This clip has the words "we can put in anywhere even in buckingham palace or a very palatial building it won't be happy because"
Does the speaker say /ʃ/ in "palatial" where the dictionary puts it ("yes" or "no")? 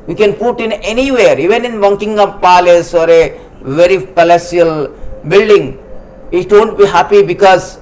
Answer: no